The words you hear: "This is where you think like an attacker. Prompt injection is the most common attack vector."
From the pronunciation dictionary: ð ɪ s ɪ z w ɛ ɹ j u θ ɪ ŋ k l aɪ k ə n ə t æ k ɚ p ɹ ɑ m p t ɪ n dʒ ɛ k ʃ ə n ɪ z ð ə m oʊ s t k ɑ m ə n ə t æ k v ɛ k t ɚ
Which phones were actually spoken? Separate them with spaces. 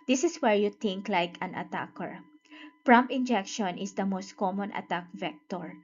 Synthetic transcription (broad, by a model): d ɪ s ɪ s w ɛ ɹ j u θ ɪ ŋ k l aɪ k ə n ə t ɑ k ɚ p ɹ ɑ m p ɪ n dʒ ɛ k ʃ ə n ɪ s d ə m oʊ s t k ɑ m ə n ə t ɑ k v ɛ k t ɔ